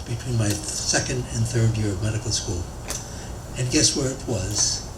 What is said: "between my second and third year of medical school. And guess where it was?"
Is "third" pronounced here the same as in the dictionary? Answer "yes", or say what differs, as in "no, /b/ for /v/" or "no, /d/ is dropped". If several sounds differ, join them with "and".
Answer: yes